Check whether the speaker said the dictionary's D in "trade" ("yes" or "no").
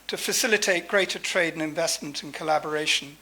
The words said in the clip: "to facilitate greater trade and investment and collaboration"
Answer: yes